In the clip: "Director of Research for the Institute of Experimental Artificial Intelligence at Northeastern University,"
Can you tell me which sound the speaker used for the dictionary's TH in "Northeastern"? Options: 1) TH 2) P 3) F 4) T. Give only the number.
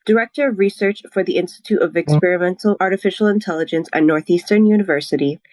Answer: 1